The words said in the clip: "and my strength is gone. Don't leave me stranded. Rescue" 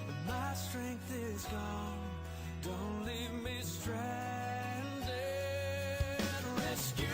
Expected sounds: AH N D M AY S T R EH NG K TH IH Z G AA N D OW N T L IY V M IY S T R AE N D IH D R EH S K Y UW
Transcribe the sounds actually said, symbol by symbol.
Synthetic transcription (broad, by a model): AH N M AY S T R EH NG K TH IH Z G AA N D OW N T L IY V M IY S T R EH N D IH R EH S K Y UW